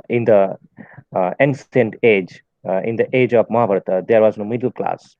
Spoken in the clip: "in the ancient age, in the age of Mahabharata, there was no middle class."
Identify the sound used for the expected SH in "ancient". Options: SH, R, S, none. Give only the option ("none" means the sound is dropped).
S